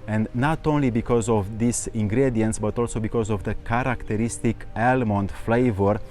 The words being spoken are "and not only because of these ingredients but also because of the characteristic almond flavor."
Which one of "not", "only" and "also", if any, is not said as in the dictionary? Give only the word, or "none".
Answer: none